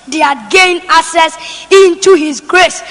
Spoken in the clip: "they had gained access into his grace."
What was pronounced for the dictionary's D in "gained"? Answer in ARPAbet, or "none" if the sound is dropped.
none